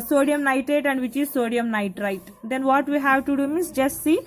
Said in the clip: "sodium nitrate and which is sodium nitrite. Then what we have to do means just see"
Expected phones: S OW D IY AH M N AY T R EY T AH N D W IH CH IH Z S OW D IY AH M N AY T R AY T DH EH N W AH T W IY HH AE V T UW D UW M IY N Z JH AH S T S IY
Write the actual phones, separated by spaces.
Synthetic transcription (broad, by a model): S OW D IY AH M N AY T EY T AH N D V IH CH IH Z S OW D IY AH M N AY T R AY T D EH N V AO T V IY HH AE V T UW D UW M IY N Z JH AH S T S IY